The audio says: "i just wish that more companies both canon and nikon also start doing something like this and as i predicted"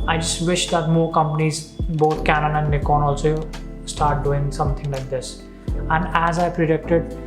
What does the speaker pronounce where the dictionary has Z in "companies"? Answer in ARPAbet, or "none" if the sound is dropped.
Z